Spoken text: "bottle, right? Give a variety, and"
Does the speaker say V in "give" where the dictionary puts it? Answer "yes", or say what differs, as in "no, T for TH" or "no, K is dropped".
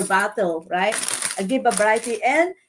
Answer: no, B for V